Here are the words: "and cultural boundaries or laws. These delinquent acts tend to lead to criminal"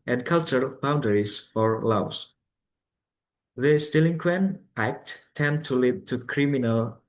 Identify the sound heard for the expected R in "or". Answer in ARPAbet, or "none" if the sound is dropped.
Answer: R